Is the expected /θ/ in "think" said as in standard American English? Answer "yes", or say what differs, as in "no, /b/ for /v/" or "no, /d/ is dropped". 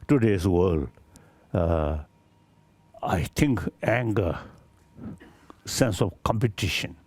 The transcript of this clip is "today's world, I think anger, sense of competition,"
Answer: no, /t/ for /θ/